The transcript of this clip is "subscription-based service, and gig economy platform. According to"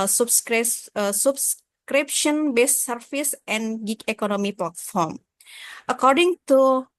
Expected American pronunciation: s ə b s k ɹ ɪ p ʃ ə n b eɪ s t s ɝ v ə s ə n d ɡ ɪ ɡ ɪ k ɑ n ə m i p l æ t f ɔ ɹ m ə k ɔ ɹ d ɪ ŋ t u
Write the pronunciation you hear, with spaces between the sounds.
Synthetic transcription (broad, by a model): s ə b s k ɹ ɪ p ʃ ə n b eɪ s s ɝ f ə s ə n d ɡ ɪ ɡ ɪ k ɑ n ə m i p l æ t f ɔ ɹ m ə k ɔ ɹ d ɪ ŋ t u